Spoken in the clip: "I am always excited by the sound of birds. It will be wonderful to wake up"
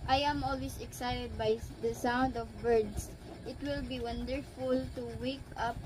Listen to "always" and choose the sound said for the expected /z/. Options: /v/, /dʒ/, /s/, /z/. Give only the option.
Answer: /s/